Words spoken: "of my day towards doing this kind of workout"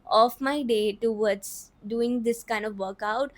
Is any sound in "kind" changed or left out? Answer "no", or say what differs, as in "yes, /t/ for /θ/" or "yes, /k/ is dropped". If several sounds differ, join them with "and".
no